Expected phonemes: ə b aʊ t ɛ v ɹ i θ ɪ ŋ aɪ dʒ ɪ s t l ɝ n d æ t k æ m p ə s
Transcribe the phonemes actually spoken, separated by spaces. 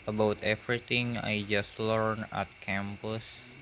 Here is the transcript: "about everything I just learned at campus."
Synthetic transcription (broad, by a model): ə b aʊ t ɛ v ɹ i t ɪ ŋ aɪ dʒ ɪ s t l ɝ n æ t k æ m p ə s